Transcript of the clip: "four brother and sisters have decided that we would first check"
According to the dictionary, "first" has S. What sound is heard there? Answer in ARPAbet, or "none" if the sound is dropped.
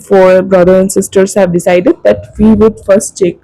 S